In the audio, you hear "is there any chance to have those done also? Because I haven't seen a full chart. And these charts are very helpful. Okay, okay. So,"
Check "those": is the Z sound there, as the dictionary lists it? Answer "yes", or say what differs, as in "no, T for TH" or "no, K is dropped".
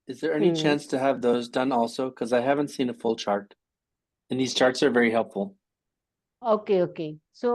yes